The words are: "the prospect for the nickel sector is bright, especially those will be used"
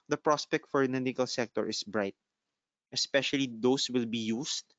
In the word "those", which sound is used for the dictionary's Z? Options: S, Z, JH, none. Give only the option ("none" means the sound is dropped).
S